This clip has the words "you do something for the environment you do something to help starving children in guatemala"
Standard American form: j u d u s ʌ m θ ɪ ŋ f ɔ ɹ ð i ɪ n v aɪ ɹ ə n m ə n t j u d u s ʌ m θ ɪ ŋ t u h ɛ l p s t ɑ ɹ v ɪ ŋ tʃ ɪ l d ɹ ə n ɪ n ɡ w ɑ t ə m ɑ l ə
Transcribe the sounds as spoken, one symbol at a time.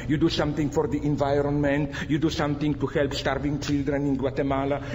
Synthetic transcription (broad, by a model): j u d u s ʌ m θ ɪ ŋ f ɔ ɹ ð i ɪ n v aɪ ɹ ə n m ə n t j u d u s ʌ m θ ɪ ŋ t u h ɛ l p s t ɑ ɹ v ɪ ŋ tʃ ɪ l d ɹ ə n ɪ n ɡ w ɑ t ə m ɑ l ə